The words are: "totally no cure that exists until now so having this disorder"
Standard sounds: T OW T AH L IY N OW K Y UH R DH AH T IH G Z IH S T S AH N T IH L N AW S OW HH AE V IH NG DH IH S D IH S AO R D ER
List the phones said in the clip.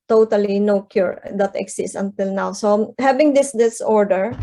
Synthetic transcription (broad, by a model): T OW T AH L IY N OW K Y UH R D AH T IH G S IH S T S AH N T IH L N AW S OW HH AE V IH NG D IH S D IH S AO R D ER